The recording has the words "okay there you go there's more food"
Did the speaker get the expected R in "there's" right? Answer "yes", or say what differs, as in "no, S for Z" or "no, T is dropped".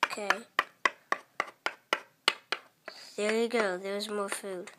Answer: no, W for R